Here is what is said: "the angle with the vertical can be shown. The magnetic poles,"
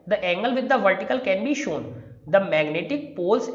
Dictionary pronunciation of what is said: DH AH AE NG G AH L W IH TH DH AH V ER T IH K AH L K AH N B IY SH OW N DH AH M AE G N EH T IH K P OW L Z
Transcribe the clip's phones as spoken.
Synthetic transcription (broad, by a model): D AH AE NG G AH L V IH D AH V ER T IH K AH L K AH N B IY SH OW N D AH M AE G N EH T IH K P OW L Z